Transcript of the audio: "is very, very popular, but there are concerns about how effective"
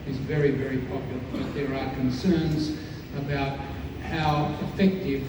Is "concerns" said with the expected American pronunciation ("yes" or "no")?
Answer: yes